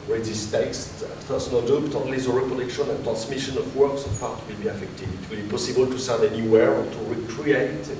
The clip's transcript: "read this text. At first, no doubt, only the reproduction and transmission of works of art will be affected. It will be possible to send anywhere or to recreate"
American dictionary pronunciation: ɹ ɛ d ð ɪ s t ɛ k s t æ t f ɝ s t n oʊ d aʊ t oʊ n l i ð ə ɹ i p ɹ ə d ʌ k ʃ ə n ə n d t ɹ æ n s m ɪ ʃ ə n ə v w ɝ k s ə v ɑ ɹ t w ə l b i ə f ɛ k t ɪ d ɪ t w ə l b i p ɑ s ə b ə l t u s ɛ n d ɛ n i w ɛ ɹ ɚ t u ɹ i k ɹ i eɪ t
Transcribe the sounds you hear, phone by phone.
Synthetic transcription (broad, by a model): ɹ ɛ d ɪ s t ɛ k s t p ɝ s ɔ n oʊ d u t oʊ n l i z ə ɹ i p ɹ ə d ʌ k ʃ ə n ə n t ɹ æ n s m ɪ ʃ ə n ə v w ɝ k s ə p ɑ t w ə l b i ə f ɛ k t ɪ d ɪ t w ə l b i p ɑ s ə b ə l t u s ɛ d ɛ n i w ɛ ɹ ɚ t u ɹ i k ɹ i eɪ t